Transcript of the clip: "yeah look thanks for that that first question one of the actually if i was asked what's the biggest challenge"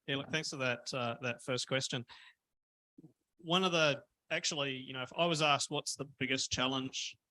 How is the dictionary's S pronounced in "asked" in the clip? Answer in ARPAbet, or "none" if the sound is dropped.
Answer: S